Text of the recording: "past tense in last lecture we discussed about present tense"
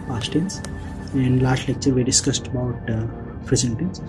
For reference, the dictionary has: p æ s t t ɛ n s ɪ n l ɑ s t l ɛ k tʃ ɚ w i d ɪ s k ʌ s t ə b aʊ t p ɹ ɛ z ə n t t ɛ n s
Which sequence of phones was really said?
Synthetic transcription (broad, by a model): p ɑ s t t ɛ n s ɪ n l ɑ s t l ɛ k tʃ ɚ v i d ɪ s k ʌ s t ə b aʊ t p ɹ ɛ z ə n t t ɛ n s